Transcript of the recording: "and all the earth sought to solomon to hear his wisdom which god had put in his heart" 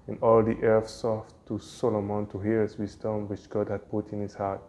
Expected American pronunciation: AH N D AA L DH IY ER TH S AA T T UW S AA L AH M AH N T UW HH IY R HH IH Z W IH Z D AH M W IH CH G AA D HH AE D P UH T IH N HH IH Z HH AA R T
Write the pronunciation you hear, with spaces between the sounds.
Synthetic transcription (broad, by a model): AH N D AA L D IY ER F S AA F T UW S AA L AH M AH N T UW HH IY R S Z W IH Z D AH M W IH CH G AA D HH AE D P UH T IH N HH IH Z HH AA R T